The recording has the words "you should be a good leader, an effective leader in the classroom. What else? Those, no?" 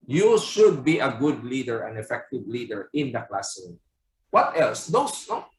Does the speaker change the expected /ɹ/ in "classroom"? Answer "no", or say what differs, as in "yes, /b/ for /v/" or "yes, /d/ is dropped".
yes, /ɹ/ is dropped